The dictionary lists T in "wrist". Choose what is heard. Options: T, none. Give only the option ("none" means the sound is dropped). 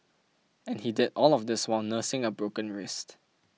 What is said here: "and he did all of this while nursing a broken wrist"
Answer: T